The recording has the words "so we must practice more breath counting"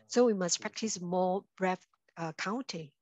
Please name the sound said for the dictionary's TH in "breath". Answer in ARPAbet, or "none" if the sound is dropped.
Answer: F